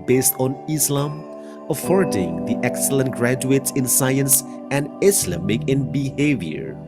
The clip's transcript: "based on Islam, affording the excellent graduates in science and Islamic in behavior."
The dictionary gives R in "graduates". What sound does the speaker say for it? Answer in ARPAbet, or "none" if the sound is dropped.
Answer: R